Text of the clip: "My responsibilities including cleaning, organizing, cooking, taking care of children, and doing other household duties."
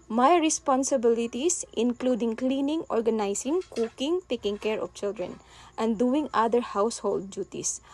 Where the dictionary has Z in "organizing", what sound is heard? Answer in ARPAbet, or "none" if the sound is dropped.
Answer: S